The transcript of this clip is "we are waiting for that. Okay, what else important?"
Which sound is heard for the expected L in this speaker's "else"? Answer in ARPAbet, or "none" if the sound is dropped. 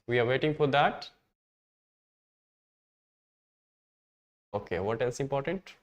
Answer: none